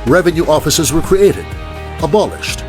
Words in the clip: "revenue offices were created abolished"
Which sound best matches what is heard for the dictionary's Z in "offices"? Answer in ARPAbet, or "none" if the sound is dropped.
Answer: Z